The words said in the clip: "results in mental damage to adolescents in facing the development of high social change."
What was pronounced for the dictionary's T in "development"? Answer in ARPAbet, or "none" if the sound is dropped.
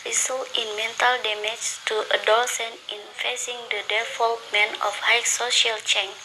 none